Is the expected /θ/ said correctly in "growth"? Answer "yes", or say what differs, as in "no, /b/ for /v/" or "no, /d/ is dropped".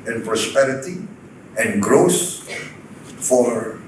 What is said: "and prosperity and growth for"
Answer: no, /s/ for /θ/